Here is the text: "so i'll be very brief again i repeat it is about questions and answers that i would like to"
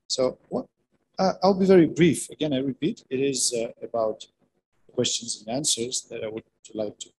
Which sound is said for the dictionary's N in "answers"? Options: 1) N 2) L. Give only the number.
1